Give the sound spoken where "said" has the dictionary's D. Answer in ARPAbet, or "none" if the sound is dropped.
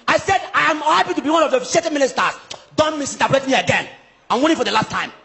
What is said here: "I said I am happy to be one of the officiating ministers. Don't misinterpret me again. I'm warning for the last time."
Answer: D